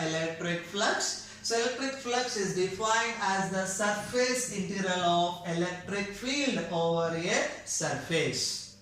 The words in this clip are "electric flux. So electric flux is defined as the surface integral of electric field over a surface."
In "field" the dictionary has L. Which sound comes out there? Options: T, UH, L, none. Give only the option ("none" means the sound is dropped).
L